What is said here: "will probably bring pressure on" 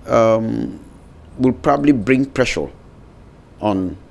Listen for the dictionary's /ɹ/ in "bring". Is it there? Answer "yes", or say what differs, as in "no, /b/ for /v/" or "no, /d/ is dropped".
yes